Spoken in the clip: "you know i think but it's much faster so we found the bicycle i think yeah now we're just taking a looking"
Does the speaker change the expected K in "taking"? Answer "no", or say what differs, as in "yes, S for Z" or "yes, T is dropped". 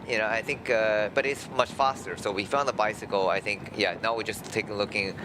yes, K is dropped